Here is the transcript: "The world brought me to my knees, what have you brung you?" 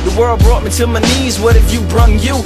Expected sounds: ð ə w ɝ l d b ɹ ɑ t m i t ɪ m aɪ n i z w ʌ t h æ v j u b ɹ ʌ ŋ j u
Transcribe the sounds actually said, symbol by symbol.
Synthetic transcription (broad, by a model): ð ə w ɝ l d b ɹ ɑ t m i t ɪ m aɪ n i z w ʌ t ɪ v j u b ɹ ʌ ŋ j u